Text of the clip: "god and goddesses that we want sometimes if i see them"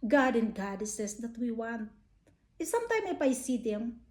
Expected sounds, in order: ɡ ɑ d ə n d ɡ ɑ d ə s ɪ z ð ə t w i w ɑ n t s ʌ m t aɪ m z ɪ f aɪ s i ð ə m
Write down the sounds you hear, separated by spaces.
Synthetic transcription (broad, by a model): ɡ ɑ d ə n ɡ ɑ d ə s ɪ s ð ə t w i w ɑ n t s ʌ m t aɪ m ɪ p aɪ s i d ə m